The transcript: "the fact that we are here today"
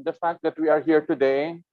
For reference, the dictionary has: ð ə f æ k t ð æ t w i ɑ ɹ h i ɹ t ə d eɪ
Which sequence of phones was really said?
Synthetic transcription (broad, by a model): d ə f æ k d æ t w i ɑ ɹ h i ɹ t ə d eɪ